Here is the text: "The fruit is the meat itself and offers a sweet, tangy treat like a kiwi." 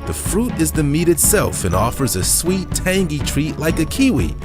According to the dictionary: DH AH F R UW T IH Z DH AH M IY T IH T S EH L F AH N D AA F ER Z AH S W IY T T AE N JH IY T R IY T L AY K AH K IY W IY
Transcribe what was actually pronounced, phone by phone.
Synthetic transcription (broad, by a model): DH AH F R UW T IH Z DH AH M IY T IH T S EH L F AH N AA F ER Z AH S W IY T T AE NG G IY T R IY T L AY K AH K IY W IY